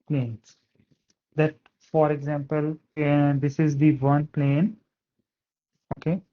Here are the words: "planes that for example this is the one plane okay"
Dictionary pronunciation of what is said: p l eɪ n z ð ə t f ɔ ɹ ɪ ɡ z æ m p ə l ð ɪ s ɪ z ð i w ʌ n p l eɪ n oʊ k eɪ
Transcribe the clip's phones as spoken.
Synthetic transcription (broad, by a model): p l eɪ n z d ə t f ɔ ɹ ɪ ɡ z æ m p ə l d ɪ s ɪ z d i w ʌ n p l eɪ n oʊ k eɪ